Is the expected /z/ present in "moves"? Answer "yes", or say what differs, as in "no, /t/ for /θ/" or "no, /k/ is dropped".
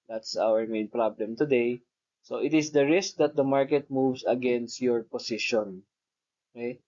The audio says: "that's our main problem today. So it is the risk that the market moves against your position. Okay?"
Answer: no, /s/ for /z/